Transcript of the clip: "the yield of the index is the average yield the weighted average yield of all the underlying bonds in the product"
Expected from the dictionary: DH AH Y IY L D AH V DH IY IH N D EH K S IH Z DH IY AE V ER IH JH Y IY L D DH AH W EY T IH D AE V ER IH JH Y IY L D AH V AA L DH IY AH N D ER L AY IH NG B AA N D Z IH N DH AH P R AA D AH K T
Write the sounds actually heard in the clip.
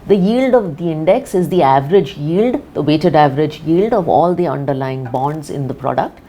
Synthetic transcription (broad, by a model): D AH Y IY L D AH V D IY IH N D EH K S IH Z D IY AE V ER IH JH Y IY L D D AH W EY T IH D AE V ER IH JH Y IY L D AH V AA L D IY AH N D ER L AY IH NG B AA N D Z IH N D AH P R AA D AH K T